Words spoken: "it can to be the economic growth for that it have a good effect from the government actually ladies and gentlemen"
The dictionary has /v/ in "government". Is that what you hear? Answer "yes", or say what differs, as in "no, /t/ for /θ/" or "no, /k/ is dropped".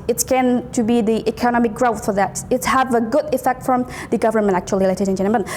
yes